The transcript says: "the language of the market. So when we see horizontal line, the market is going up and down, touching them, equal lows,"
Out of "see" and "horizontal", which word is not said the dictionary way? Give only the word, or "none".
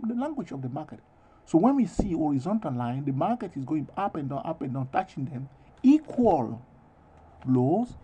none